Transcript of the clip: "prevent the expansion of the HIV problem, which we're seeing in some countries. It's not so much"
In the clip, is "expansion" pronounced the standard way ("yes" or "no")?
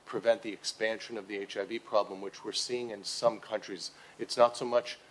yes